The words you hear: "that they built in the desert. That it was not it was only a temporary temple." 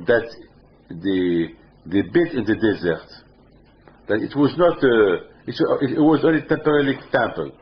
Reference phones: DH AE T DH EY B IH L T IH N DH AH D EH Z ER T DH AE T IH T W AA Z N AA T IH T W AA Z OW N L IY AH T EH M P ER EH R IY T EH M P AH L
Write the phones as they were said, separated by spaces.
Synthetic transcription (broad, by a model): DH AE T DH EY B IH T IH N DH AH D EH Z ER T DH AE T IH T W AA Z N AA T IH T W AA Z OW N L IY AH T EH M P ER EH L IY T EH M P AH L